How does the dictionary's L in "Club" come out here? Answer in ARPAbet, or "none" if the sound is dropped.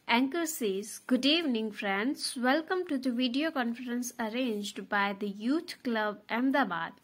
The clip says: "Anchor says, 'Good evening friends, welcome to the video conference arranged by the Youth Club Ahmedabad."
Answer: L